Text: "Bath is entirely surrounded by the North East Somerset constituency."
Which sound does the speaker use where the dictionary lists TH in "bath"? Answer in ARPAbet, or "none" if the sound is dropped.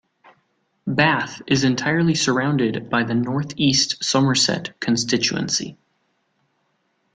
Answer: TH